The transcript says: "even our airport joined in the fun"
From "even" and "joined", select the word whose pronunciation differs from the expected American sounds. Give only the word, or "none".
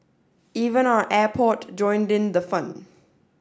none